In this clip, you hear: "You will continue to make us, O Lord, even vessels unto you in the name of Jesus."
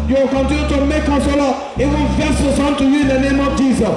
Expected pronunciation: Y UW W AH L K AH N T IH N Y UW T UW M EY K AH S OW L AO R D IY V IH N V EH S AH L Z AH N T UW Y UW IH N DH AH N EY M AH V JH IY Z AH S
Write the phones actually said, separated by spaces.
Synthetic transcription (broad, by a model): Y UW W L K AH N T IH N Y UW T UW M EY K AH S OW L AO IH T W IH L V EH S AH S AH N T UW Y UW IH N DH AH N EY M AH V JH IY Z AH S